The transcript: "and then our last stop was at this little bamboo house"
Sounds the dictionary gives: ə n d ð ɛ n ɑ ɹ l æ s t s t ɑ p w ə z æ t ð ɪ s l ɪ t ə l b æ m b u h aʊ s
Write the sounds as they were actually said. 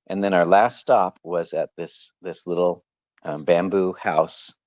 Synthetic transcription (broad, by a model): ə n ð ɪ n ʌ ɹ l æ s t s t ɑ p w ə z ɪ t ð ɪ s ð ɪ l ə l b æ m b u h aʊ s